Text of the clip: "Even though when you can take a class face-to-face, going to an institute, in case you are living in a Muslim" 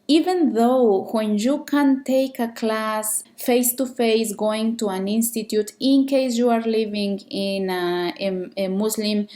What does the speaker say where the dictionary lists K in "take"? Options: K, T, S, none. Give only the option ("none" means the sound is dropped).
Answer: K